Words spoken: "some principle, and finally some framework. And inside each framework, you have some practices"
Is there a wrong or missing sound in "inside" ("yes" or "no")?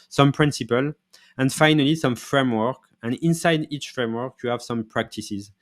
no